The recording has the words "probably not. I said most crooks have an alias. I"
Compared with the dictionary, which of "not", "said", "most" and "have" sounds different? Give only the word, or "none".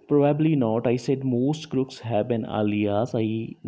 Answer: have